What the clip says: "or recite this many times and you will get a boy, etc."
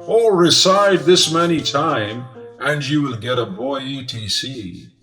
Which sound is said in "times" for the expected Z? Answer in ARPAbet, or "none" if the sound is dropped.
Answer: none